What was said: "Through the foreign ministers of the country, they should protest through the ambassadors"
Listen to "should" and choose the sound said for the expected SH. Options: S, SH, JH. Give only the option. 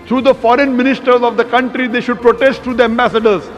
SH